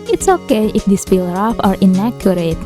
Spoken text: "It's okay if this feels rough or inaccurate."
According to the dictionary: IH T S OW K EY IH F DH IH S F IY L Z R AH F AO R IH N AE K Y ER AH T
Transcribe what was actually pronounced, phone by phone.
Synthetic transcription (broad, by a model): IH T S OW K EY IH F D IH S P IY L R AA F AO R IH N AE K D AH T